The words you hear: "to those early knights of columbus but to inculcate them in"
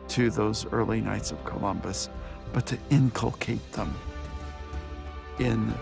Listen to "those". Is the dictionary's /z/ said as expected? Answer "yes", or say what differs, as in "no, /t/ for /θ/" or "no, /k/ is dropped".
yes